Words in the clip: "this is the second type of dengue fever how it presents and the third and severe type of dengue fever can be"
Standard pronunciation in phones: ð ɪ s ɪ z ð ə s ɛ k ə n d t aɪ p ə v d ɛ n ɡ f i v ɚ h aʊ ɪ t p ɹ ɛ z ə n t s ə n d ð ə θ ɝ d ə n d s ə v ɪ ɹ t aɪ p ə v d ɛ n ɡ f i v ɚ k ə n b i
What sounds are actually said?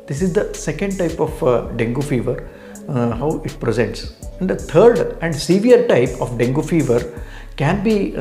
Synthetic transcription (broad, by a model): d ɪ s ɪ z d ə s ɛ k ə n d t aɪ p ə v d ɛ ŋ ɡ f i v ɚ h aʊ ɪ t p ɹ ɛ z ə n t s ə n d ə t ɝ d ə n d s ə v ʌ ɹ t aɪ p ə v d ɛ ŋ ɡ f i v ɚ k ə n b i